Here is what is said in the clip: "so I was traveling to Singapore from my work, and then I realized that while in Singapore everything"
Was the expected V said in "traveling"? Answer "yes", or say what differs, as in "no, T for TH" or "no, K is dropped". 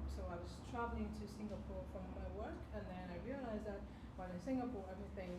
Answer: yes